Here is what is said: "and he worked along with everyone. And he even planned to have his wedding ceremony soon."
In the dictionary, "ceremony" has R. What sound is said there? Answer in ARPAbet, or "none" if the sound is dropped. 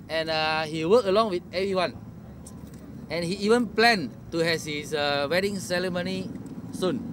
L